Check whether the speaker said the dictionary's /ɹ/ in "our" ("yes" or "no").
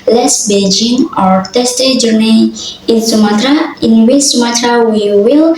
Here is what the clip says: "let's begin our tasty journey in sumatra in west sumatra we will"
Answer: yes